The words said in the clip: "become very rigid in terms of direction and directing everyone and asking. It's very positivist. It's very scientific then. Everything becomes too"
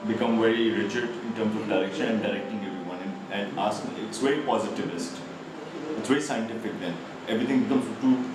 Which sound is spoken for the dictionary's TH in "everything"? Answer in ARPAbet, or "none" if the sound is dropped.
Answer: T